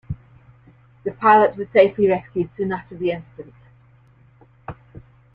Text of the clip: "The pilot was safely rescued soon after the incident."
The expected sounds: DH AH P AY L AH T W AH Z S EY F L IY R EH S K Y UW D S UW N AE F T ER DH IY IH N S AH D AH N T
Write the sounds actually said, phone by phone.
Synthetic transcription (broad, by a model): DH AH P AY L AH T W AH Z S EY F L IY R EH S K Y UW D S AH N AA T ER DH IY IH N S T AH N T